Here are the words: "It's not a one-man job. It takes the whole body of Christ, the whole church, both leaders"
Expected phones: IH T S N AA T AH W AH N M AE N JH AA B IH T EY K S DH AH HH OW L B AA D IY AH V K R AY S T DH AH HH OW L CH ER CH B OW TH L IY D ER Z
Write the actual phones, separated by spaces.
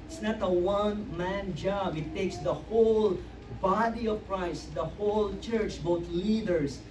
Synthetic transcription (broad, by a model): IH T S N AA T AH W AH N M AE N JH AA B IH T EY K S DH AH HH OW L B AA D IY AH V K R AY S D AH HH OW L CH ER CH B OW T L IY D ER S